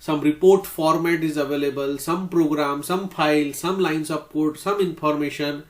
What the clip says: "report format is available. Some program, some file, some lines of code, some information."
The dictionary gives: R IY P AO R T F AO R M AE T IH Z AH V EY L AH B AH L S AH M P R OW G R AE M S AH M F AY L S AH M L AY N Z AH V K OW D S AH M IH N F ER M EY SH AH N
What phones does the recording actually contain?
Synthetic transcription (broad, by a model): R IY P AO R T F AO R M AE T IH Z AH V EY L AH B AH L S AH M P R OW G R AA M S AH M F AY L S AH M L AY N S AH P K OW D S AH M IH N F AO M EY SH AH N